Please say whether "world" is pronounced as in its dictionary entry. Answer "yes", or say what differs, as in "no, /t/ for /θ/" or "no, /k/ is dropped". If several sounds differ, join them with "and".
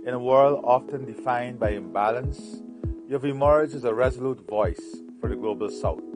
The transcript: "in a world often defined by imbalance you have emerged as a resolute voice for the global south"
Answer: yes